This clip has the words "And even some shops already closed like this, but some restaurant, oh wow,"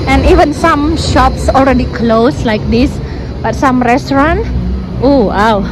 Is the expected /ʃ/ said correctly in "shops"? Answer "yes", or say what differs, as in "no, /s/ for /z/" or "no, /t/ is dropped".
yes